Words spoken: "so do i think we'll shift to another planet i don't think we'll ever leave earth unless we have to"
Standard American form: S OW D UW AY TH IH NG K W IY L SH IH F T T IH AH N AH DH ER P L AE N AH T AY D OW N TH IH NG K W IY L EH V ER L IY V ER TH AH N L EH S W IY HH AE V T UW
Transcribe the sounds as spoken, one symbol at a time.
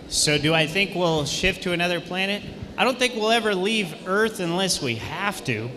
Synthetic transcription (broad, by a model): S OW D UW AY TH IH NG K W IY L SH IH F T T IH AH N AH DH ER P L AE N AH T AY D OW N TH IH NG K W IY L EH V ER L IY V ER TH AH N L EH S W IY HH AE F T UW